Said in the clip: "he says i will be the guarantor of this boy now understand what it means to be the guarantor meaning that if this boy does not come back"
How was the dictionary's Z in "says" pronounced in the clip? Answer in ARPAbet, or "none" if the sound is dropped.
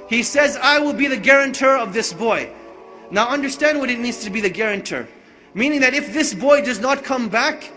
Z